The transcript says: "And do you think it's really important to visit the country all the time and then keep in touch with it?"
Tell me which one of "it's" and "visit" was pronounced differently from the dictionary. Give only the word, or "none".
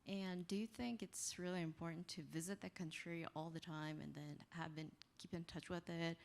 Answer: none